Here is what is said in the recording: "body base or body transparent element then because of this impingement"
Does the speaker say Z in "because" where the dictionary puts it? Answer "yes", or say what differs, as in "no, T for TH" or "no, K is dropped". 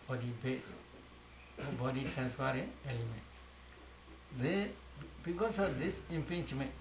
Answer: no, S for Z